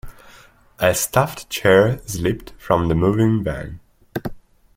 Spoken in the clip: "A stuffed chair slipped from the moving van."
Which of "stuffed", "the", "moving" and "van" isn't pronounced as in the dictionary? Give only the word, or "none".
van